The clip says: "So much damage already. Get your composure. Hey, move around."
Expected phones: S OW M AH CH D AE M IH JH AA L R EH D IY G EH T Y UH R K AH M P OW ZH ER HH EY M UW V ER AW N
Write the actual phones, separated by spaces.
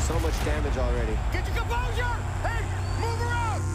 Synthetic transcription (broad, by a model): S OW M AH CH D AE M IH JH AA L R EH D IY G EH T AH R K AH P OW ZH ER HH EY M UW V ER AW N